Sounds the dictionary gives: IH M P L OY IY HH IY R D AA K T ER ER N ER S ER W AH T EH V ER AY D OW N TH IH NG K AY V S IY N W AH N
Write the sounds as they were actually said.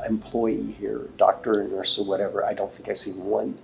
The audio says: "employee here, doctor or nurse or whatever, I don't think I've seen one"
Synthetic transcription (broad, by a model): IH M P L OY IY HH IY R D AA K T ER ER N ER S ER W AH T EH V ER AY D OW N TH IH NG K AY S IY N W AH N